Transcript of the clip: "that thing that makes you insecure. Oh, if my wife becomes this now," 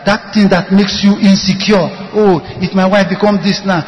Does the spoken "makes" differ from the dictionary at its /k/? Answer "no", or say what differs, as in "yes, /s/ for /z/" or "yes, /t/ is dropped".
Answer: no